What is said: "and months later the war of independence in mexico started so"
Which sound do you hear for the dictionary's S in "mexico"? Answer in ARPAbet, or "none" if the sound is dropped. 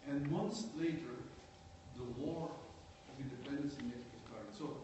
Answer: none